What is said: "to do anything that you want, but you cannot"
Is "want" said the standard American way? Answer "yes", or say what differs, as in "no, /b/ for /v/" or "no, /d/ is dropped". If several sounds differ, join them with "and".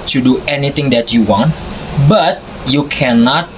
yes